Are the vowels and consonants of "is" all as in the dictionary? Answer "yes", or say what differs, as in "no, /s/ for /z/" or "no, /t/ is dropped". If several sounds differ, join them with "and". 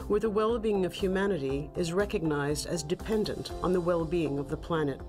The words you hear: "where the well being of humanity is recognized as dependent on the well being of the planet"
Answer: yes